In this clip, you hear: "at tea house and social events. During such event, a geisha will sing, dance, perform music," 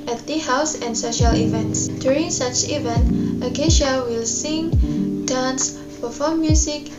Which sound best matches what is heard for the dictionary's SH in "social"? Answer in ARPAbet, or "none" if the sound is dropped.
SH